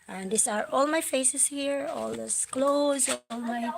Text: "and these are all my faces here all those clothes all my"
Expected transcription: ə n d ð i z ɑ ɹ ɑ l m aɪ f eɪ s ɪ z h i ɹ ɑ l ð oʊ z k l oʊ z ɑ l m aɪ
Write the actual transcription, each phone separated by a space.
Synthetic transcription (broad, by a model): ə n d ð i s ɑ ɹ ɑ l m aɪ f eɪ s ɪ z h i ɹ ɑ l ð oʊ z k l oʊ z ɑ l m aɪ